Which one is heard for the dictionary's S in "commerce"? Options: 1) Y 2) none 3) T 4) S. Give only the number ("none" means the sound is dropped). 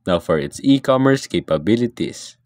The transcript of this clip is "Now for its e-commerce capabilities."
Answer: 4